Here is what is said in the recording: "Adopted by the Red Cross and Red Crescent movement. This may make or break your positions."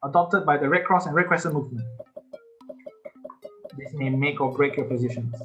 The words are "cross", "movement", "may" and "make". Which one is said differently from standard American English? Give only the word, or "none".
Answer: none